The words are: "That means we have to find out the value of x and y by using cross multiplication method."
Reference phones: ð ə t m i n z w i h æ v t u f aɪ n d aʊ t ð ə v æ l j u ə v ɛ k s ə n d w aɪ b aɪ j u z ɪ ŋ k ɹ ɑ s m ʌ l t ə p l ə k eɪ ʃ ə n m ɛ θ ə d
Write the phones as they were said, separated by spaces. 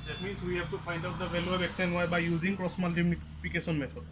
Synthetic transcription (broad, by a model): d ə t m i n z w i h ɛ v t u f aɪ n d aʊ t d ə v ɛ l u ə b ɛ k s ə n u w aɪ b aɪ j u z ɪ ŋ k ɹ ɑ s m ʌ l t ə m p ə k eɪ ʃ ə n m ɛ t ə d